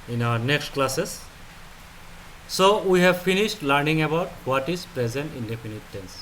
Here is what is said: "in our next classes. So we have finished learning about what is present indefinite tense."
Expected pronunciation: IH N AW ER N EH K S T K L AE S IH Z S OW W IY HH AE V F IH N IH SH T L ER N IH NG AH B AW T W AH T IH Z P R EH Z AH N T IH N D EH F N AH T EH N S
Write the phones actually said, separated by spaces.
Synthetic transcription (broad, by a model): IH N AW ER N EH K S T K L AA S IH S OW W IY HH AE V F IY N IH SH T L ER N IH NG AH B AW T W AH T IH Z P R EH Z AH N T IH N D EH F N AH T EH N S